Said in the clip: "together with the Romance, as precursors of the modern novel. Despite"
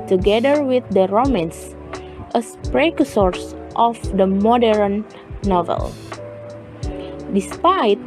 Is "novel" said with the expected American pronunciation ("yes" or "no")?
yes